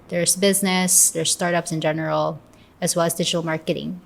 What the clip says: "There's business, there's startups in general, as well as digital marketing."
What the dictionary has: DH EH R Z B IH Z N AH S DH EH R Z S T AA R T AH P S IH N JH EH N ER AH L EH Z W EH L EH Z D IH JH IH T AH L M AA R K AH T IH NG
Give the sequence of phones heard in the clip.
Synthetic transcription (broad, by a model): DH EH R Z B IH Z N AH S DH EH R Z S T AA R T AH P S IH N JH EH N ER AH L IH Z W EH L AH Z D IH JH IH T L M AA R K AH T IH NG